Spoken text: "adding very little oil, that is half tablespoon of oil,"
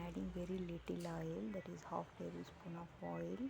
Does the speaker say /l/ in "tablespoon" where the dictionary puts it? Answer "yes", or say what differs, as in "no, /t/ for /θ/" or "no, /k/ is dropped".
no, /l/ is dropped